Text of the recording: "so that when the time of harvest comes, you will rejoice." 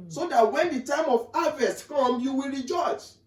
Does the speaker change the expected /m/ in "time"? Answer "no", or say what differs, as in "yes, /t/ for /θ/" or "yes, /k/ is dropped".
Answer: no